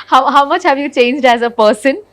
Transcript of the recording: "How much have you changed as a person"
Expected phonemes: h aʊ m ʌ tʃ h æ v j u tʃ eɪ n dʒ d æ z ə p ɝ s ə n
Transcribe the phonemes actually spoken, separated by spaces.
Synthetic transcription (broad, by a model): h aʊ m ʌ tʃ h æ v j u tʃ eɪ n dʒ d æ z ə p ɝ s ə n